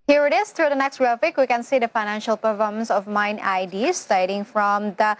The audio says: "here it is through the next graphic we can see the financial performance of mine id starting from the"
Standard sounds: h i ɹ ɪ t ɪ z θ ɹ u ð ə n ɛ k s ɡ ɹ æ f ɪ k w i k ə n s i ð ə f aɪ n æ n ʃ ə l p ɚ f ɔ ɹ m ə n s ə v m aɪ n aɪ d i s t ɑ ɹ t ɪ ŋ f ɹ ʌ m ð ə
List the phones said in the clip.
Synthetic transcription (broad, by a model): h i ɹ ɪ t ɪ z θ ɹ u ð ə n ɛ k s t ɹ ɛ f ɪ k w i k ə n s i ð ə f aɪ n æ n ʃ ə l p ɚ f ɔ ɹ m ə n s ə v m aɪ n aɪ d i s t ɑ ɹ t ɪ ŋ f ɹ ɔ m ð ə